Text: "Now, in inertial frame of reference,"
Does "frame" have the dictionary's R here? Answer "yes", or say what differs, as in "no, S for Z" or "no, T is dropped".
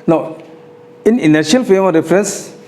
no, R is dropped